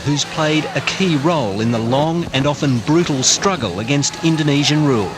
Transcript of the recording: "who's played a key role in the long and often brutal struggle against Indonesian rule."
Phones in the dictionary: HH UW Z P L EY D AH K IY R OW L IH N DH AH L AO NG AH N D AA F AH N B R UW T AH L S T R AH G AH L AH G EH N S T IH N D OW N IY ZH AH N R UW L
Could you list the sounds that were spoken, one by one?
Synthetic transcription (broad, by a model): HH UW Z P L EY D AH K IY R OW L IH N DH AH L AO NG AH N AA F AH N B R UW T L S T R AH G AH L AH G EH N S T IH N D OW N IY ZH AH N R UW L